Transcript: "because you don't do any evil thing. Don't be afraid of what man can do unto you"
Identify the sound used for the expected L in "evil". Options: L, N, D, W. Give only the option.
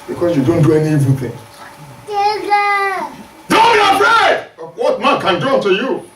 N